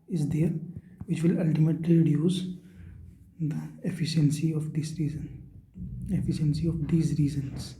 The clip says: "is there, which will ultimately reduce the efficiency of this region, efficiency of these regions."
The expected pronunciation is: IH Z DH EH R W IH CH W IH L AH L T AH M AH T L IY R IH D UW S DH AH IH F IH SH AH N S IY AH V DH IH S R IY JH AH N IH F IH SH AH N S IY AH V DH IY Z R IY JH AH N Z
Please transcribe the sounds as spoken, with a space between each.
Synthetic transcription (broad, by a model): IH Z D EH R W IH CH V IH L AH L T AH M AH T L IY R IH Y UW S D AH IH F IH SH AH N S IY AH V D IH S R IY Z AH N IH F IH SH AH N S IY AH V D IY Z R IY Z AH N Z